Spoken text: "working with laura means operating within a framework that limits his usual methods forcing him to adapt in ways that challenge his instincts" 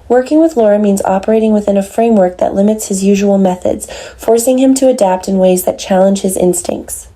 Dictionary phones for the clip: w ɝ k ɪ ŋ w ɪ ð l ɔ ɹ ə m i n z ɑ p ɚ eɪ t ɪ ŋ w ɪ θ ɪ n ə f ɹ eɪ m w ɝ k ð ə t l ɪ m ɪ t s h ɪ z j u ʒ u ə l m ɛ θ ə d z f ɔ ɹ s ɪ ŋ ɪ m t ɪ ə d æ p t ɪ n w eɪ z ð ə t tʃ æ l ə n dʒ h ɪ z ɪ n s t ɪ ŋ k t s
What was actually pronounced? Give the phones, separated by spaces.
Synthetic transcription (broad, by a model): w ɝ k ɪ ŋ w ɪ ð l ɔ ɹ ə m i n z ɑ p ɚ eɪ t ɪ ŋ w ɪ θ ɪ n ə f ɹ eɪ m w ɝ k ð ə t l ɪ m ɪ t s h ɪ z j u ʒ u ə l m ɛ θ ə d z f ɔ ɹ s ɪ ŋ ɪ m t ɪ ə d æ p t ɪ n w eɪ z ð ə t tʃ æ l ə n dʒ h ɪ z ɪ n s t ɪ ŋ k t s